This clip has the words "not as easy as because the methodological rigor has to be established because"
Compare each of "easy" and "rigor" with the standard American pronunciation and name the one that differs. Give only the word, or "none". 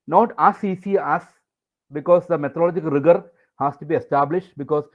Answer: easy